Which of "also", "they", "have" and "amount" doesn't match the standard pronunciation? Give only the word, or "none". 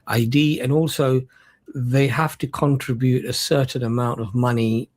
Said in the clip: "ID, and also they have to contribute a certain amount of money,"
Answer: have